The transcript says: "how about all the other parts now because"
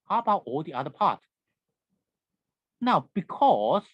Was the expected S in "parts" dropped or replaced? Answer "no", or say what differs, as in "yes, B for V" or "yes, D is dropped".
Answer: yes, S is dropped